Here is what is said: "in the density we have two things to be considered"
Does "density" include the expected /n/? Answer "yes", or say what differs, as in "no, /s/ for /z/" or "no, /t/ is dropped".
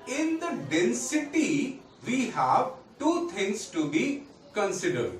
yes